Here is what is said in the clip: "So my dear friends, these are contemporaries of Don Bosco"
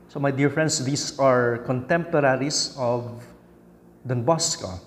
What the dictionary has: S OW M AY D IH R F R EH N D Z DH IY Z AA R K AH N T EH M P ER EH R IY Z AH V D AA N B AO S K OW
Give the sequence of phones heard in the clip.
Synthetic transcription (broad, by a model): S OW M AY D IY R F R EH N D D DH IY S AA R K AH N T EH M P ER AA R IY S AH V D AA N B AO S K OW